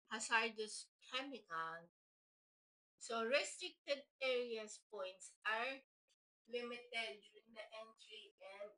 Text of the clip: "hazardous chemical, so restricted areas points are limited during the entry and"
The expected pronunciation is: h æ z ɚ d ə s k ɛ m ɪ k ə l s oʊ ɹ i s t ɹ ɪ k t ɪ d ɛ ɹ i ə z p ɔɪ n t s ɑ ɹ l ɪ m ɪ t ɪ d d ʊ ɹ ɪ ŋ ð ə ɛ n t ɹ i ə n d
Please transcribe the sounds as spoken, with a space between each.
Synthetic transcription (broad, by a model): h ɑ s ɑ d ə s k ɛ m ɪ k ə n s oʊ ɹ i s t ɹ ɪ k t ɪ d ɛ ɹ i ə s p ɔɪ n t s ɑ ɹ l ɪ m ɪ t ɪ d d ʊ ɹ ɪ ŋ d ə ɛ n t ɹ i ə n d